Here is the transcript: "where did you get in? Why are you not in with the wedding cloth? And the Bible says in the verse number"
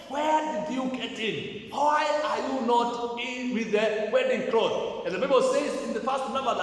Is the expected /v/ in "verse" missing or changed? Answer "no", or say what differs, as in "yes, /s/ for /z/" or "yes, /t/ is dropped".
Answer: yes, /p/ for /v/